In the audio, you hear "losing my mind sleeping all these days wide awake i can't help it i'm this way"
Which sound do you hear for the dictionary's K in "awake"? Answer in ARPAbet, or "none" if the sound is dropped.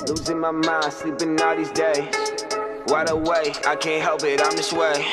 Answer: none